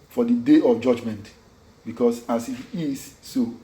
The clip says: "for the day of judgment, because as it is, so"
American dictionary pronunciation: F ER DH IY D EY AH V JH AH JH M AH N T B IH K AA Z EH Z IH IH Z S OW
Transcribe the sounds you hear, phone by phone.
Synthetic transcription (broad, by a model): F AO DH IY D EY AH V JH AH JH M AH N T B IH K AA S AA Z IH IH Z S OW